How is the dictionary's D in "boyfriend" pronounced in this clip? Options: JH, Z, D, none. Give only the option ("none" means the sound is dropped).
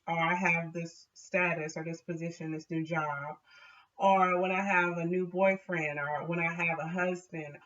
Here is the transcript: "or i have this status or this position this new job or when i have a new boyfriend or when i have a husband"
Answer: D